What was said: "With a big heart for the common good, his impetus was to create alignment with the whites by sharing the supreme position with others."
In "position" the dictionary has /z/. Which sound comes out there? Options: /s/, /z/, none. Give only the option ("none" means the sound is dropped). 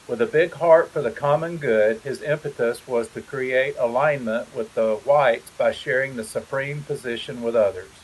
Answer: /z/